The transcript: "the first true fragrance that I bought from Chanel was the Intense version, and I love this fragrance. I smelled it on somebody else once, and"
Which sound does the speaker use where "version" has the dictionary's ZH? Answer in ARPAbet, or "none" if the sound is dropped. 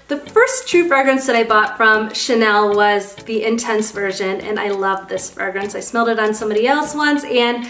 ZH